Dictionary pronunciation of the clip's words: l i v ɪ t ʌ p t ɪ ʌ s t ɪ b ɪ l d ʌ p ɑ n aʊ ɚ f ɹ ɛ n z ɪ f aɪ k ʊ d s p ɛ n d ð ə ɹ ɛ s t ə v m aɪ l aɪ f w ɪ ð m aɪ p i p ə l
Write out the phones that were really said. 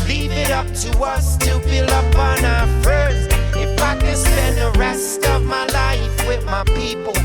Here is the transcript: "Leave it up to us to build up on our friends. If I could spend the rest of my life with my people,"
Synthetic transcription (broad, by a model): l i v ɪ t ʌ p t ɪ ʌ s t ɪ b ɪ l ʌ p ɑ n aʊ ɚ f ɹ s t ɪ f aɪ k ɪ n s p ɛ n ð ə ɹ ɛ s t ə v m aɪ l aɪ f w ɪ ð m aɪ p i p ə l